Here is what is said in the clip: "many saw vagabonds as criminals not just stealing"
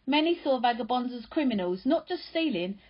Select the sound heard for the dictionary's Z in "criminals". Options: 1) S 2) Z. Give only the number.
2